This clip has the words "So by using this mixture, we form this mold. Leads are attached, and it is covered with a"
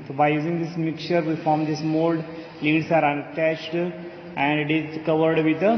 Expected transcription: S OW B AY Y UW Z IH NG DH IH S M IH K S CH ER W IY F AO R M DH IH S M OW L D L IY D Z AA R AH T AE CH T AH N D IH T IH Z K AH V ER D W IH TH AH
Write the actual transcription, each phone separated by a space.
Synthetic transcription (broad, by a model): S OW B AY Y UW Z IH NG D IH S M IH K CH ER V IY F AO R M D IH S M OW L D L IY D S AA R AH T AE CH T AH N D IH T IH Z K AH V ER D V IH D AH